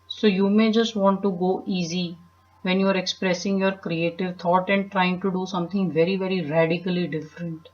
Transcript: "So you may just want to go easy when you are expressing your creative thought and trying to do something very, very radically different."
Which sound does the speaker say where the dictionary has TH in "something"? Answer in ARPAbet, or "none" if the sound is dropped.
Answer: T